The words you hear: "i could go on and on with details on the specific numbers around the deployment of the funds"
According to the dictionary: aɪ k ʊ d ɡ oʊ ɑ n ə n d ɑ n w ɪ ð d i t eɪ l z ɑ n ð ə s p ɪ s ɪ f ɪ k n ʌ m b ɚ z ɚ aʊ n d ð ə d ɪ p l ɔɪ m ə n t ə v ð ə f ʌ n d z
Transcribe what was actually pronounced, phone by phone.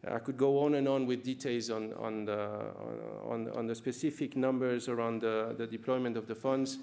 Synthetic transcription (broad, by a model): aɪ k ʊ d ɡ oʊ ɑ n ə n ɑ n w ɪ ð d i t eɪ l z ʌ n ð ə s p ɪ s ɪ f ɪ k n ʌ m b ɚ z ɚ aʊ n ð ð ə d ɪ p l ɔɪ m ə n t ə v ð ə f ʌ n d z